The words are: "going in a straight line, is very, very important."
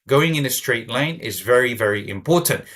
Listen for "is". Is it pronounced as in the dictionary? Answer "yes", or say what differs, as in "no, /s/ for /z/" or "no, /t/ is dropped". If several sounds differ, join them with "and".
yes